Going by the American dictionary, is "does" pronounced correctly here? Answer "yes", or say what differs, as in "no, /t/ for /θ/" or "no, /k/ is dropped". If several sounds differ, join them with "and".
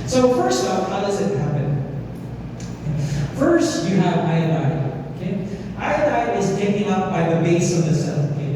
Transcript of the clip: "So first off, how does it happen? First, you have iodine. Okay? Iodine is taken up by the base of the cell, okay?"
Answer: yes